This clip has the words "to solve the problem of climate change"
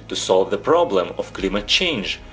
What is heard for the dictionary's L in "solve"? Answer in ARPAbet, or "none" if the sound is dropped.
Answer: L